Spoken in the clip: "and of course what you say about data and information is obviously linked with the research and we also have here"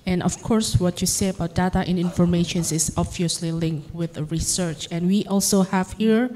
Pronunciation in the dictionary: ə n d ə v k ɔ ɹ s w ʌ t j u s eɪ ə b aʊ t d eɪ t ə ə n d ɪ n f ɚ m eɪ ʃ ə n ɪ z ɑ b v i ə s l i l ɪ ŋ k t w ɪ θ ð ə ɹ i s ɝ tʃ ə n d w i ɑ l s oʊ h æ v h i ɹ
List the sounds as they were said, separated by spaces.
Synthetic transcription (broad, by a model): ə n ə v k ɔ ɹ s w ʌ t j u s eɪ ə b aʊ t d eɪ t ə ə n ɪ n f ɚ m eɪ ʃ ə n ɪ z ɑ b v i ə s l i l ɪ ŋ k t w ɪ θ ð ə ɹ i s ɝ tʃ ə n w i ɑ l s oʊ h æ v h i ɹ